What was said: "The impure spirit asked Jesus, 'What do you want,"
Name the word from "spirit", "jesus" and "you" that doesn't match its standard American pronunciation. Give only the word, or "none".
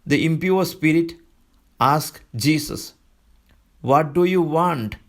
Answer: jesus